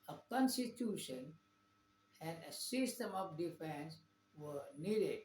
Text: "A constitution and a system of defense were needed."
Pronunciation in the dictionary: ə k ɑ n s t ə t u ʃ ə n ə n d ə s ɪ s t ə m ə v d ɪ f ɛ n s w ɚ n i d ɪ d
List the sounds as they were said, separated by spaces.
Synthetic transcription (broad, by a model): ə k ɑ n s t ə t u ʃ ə n ə n d ə s ɪ s t ə m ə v d ɪ f ɛ n s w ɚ n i d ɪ d